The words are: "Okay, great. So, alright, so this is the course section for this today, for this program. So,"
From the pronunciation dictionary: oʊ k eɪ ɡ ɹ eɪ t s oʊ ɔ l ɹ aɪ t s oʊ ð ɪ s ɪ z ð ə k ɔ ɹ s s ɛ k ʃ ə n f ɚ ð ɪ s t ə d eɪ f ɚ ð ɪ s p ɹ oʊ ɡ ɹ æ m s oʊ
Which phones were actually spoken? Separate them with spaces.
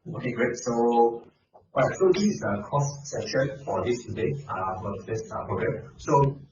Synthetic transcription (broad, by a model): oʊ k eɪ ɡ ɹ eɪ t s oʊ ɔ ɹ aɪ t s oʊ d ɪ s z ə k ɔ s s ɛ ʃ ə n f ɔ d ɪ s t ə d eɪ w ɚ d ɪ s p ɹ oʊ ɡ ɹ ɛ m s oʊ